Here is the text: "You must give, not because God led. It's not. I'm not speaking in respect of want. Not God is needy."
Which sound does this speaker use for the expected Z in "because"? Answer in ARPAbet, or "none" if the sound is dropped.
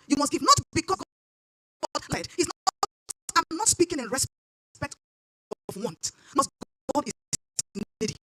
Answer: none